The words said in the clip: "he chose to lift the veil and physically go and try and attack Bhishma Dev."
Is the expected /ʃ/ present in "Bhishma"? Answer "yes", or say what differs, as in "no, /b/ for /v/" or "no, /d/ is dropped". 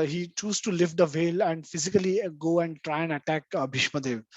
yes